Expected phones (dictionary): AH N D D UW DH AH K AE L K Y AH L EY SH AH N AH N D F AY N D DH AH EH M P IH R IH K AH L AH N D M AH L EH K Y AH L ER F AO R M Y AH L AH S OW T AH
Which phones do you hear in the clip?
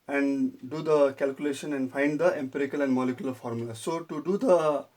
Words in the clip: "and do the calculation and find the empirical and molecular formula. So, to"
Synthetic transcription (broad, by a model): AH N D D UW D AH K AE L K Y AH L EY SH AH N AH N D F AY N D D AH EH M P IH R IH K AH L AH N D M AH L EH K Y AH L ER F AO R M Y AH L AH S OW T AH